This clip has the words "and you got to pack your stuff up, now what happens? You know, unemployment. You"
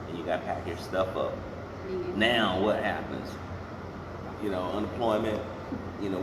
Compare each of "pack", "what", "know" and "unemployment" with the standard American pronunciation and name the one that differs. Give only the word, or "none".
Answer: none